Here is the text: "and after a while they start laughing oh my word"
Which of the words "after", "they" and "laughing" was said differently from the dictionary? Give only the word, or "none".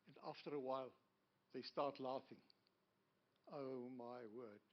none